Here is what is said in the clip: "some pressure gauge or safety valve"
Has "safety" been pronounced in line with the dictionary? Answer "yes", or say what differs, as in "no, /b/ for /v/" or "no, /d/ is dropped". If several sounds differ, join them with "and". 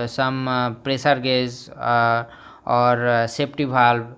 no, /p/ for /f/